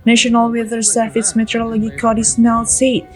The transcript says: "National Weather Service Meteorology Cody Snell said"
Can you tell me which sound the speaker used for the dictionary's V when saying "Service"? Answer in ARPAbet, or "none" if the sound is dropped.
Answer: F